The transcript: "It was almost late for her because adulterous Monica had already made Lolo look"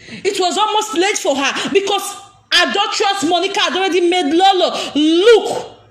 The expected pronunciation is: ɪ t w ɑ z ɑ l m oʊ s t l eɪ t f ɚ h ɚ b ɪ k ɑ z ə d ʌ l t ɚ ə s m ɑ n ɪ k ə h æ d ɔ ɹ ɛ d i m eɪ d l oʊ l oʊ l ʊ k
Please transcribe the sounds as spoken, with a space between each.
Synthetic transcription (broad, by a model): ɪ t w ɑ z ɑ l m oʊ s t l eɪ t f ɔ h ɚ b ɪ k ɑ s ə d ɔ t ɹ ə s m ɑ n ɪ k ə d ɔ ɹ ɛ d i m eɪ d l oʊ l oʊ l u k